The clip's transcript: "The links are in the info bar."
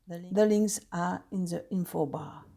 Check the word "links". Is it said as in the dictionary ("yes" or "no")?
no